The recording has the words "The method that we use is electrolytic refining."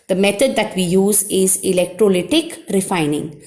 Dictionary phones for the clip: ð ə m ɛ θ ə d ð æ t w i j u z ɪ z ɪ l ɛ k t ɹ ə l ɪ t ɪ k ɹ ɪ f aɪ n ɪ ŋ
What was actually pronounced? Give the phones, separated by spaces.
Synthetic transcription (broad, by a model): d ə m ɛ t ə d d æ t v i j u z ɪ z ɪ l ɛ k t ɹ ə l ɪ t ɪ k ɹ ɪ f aɪ n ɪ ŋ